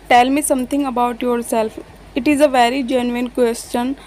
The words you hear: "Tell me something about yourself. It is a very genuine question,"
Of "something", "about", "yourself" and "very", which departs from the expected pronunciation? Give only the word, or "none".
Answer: something